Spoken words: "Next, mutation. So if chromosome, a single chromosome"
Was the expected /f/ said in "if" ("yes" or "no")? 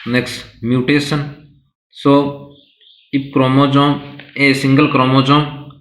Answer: no